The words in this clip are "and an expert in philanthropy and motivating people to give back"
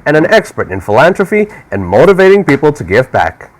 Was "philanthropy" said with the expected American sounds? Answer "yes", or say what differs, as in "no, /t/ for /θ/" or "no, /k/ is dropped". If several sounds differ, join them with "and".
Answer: no, /t/ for /θ/ and /f/ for /p/